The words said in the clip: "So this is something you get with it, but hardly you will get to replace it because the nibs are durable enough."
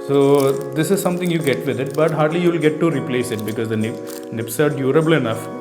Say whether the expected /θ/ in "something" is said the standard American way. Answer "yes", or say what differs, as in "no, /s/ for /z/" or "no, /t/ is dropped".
no, /t/ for /θ/